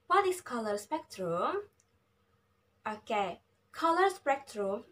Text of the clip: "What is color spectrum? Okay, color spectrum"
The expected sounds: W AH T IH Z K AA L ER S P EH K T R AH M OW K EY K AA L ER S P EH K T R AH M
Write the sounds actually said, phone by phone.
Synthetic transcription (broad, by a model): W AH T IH S K AA L ER S P EH K T R AH M OW K EY K AA L ER S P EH K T R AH M